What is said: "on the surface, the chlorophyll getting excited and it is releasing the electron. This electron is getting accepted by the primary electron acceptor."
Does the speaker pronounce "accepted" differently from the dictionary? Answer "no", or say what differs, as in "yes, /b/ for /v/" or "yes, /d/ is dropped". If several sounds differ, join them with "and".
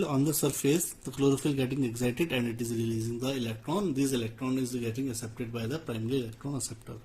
yes, /k/ is dropped